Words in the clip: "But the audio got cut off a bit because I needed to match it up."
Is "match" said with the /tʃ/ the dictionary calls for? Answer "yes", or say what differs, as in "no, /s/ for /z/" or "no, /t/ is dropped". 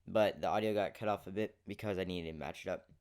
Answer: yes